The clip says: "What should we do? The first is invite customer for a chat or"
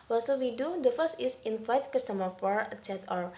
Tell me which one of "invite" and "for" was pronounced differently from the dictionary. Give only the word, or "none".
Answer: invite